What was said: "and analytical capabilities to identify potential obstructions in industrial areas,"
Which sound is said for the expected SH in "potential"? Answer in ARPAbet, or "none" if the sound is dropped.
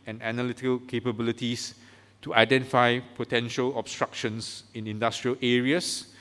SH